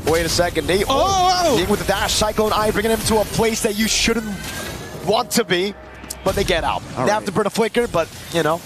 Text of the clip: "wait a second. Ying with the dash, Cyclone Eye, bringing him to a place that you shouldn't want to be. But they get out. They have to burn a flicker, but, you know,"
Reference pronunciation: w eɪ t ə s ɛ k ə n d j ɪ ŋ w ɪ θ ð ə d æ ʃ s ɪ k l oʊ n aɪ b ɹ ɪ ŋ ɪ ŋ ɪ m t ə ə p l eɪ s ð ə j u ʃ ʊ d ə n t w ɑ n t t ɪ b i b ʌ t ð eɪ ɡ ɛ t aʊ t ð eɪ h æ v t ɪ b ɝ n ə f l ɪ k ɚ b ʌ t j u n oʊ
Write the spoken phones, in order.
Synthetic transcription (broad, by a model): w eɪ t ə s ɛ k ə n d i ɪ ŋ w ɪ ð ə d æ ʃ s ɪ k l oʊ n aɪ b ɹ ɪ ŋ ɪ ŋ ɪ m t ə ə p l eɪ s ð ə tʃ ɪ ʃ ʊ d n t w ɑ n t t ɪ b i b ʌ t ð eɪ ɡ ɛ t aʊ t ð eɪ h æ f t ɪ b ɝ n ə f l ɪ k ɚ b ʌ t j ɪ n oʊ